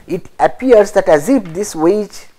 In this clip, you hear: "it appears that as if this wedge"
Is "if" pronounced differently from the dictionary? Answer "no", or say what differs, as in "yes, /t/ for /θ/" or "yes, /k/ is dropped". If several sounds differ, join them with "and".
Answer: yes, /p/ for /f/